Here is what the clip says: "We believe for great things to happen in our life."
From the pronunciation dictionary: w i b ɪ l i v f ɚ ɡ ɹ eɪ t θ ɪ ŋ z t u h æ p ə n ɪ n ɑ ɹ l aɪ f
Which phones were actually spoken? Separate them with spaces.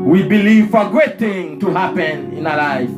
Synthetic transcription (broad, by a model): w i b ɪ l i v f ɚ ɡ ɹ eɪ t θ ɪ ŋ t u h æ p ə n ɪ n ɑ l aɪ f